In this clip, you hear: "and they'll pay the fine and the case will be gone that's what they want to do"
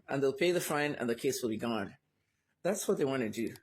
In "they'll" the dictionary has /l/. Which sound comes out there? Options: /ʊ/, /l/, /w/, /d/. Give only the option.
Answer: /l/